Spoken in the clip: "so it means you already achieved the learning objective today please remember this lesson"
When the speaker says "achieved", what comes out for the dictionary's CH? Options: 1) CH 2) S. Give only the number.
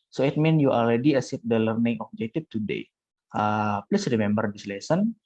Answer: 2